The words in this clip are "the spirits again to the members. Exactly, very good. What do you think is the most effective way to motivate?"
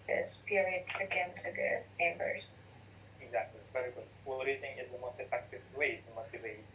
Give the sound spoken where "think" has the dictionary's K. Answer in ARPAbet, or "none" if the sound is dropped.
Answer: none